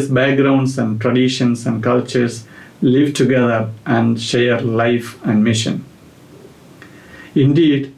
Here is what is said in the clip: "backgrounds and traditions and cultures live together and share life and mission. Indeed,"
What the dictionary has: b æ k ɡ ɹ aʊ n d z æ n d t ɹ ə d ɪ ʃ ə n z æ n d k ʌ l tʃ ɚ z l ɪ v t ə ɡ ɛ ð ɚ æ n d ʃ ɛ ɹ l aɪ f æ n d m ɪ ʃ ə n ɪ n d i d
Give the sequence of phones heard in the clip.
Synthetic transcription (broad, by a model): b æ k ɡ ɹ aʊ n d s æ n d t ɹ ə d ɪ ʃ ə n s æ n d k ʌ l tʃ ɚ s l ɪ v t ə ɡ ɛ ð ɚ æ n d ʃ ɛ ɹ l aɪ f æ n d m ɪ ʃ ə n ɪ n d i d